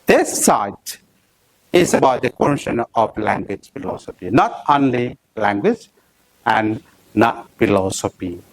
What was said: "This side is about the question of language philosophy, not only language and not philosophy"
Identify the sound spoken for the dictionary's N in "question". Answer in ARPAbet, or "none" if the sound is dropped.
N